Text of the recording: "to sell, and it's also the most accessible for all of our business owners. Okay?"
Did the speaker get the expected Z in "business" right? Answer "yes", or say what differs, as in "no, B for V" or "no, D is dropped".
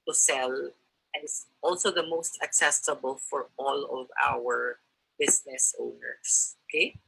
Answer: no, S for Z